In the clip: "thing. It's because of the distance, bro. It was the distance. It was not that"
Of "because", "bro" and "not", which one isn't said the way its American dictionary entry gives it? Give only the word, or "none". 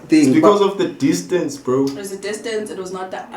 none